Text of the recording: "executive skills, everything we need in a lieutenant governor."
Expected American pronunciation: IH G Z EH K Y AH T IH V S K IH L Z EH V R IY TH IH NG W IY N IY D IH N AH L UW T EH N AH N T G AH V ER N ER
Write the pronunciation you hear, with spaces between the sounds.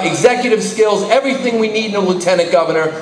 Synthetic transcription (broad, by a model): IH G Z EH K Y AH T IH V S K IH L Z EH V R IY TH IH NG W IY N IY D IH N AH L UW T EH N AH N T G AH V ER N ER